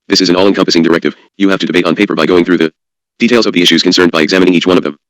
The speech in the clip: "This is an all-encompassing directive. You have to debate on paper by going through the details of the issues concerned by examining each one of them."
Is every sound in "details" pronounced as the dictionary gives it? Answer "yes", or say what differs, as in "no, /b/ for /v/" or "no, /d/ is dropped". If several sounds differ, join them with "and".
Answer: yes